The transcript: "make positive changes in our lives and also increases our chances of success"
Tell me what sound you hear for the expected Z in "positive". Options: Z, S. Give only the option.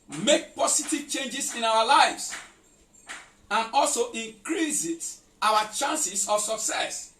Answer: S